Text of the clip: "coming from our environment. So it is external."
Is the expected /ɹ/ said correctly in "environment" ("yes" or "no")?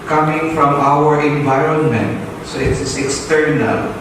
yes